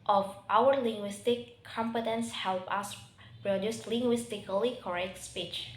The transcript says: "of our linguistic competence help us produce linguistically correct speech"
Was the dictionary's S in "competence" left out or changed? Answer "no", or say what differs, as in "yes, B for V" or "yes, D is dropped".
no